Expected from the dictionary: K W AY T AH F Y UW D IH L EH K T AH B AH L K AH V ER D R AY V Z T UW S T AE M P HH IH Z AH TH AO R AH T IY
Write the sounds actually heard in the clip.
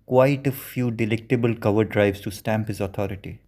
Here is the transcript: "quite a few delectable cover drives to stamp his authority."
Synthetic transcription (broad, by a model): K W AY T AH F Y UW D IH L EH K T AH B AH L K AH V ER D R AY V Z T UW S T AE M P HH IH Z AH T AO R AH T IY